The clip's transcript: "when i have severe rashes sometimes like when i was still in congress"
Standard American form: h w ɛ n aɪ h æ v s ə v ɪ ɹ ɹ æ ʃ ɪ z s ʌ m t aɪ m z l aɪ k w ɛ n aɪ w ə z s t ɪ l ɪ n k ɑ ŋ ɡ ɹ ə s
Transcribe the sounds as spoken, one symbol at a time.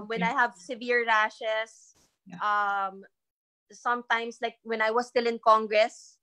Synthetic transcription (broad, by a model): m w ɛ n aɪ h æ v s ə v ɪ ɹ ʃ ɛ s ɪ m s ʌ m t aɪ m s l aɪ k w ɛ n aɪ w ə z s t ɪ l ɪ n k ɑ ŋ ɡ ɹ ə s